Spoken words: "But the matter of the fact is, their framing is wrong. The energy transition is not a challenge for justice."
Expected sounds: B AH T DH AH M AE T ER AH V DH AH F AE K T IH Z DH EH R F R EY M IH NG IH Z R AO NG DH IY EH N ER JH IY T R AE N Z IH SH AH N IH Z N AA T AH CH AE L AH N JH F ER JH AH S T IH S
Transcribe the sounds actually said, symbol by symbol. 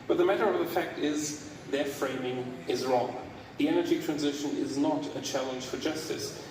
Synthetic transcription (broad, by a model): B AH T DH AH M AE T ER AH V DH AH F AE K T IH Z DH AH R F R EY M IH NG IH Z R AO NG DH IY EH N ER JH IY T R AE N Z IH SH AH N IH Z N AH T AH CH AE L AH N ZH F ER JH AH S T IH S